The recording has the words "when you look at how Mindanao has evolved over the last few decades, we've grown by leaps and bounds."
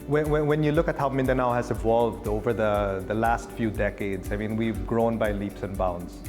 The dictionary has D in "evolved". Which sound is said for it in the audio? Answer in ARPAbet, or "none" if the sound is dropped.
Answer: D